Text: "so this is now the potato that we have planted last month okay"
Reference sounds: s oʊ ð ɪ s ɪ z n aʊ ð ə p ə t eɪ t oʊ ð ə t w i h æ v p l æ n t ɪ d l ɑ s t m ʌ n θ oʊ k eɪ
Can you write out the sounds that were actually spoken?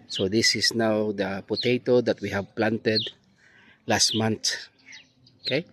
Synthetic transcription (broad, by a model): s oʊ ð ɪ s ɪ s n aʊ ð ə p ə t eɪ t oʊ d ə t w i h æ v p l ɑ n t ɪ d l ɑ s t m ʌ n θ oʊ k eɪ